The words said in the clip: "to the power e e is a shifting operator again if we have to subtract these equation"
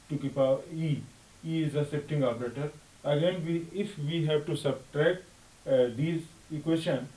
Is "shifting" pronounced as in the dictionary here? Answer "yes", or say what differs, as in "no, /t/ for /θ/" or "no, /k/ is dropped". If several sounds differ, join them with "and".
no, /s/ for /ʃ/